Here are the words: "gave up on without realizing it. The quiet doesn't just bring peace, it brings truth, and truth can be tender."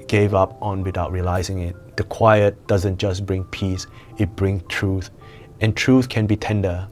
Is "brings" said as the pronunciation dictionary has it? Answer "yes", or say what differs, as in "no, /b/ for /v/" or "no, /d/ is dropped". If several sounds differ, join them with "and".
no, /s/ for /z/